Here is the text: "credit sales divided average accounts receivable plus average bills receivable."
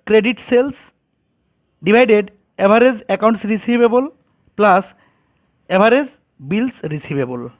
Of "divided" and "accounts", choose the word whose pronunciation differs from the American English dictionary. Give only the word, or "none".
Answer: divided